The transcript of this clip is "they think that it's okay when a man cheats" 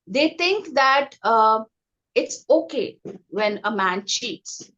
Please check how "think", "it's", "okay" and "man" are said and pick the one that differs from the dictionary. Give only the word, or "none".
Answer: think